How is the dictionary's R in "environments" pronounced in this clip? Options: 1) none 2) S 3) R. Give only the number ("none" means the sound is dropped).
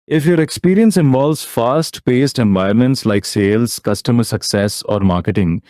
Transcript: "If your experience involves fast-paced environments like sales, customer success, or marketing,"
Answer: 1